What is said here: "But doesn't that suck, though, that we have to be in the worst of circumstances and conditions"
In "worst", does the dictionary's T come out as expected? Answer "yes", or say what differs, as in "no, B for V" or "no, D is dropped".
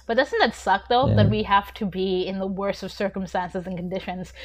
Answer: no, T is dropped